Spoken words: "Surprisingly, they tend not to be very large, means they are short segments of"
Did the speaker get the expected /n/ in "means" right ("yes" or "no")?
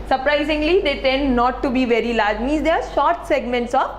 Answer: no